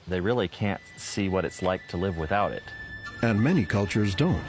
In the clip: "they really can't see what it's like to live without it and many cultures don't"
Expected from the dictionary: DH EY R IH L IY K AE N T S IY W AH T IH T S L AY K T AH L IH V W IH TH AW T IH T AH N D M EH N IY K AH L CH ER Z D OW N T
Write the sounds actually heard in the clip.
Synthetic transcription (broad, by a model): DH EY R IH L IY K AE N T S IY W AH T IH T S L AY K T AH L IH V W IH TH AW T IH T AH N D M EH N IY K AH L CH ER Z D OW N T